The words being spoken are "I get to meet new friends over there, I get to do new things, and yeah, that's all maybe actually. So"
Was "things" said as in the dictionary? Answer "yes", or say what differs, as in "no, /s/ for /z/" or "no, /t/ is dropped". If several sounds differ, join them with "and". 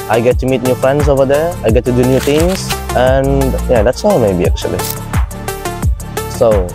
no, /t/ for /θ/